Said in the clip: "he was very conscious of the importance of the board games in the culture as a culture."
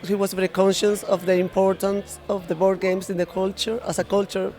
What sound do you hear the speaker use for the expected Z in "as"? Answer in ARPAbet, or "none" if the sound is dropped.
S